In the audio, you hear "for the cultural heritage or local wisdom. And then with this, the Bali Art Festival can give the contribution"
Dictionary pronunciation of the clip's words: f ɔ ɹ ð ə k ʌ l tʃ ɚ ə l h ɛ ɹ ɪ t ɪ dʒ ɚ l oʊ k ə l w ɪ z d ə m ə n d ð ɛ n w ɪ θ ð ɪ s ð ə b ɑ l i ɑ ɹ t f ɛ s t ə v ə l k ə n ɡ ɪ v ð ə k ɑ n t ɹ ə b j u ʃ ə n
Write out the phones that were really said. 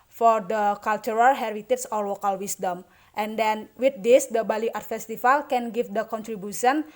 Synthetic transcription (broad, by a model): f ɔ ɹ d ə k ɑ l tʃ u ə l h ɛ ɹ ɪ t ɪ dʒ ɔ l oʊ k ə l w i s d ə m ə n d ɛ n w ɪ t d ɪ s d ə b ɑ l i ɑ ɹ t f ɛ s t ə f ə l k ə n ɡ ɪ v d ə k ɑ n t ɹ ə b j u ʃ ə n